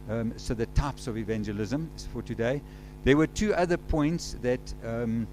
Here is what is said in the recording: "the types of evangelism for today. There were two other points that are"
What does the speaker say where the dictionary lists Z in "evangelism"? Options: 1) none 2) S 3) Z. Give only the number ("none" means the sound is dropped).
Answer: 3